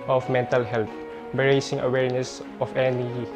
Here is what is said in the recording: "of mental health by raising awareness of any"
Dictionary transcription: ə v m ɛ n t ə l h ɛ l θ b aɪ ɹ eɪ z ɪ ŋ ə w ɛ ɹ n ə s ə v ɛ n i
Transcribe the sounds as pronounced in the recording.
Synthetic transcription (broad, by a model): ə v m ɛ n t ə l h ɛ l t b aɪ ɹ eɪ s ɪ ŋ ə w ɛ ɹ n ə s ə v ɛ n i